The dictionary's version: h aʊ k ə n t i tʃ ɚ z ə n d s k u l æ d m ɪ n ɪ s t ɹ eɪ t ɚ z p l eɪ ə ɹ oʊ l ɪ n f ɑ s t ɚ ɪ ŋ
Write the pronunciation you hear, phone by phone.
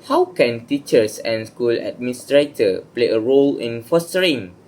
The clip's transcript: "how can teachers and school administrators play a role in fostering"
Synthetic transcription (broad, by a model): h aʊ k ə n t i tʃ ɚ s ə n s k u l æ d m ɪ n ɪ s t ɹ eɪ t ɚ p l eɪ ə ɹ oʊ l ɪ n f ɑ s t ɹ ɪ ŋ